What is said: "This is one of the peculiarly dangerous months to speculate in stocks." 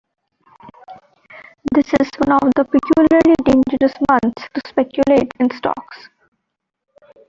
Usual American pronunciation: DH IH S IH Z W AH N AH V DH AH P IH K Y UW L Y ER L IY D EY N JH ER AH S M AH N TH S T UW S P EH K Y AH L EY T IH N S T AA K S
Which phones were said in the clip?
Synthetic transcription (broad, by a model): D IH S IH Z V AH N AH V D AH P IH K Y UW L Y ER L IY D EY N JH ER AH S M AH N T S T UW S P EH K Y AH L EY T IH N S T AA K S